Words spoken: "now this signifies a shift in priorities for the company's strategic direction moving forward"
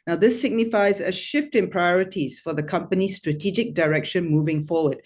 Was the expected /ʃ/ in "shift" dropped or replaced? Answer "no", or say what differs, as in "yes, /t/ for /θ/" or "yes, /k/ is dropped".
no